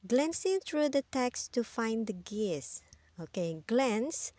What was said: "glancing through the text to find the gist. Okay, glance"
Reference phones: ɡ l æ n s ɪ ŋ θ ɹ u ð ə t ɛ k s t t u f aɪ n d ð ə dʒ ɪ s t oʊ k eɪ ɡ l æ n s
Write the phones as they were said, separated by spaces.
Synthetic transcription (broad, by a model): ɡ l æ n s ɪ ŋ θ ɹ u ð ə t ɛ k s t t u f aɪ n d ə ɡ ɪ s oʊ k eɪ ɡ l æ n s